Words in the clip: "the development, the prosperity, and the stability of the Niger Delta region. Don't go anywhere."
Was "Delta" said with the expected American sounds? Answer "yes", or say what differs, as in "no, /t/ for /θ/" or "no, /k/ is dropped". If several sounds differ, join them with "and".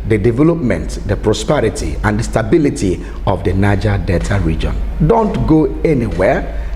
no, /l/ is dropped